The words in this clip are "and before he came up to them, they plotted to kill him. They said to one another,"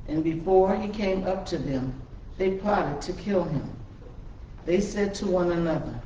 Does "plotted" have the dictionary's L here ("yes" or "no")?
no